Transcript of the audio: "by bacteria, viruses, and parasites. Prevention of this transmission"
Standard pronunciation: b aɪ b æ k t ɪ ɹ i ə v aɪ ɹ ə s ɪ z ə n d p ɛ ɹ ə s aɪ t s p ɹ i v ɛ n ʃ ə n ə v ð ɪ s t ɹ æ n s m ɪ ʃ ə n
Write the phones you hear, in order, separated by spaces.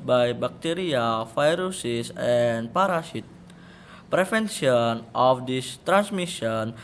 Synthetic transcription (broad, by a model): b aɪ b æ k t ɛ ɹ i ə f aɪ ɹ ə s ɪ s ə n p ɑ ɹ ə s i t p ɹ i f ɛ n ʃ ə n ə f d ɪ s t ɹ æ n s m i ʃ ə n